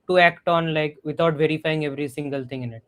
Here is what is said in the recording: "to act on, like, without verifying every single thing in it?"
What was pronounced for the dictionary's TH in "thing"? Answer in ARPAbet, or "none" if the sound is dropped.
T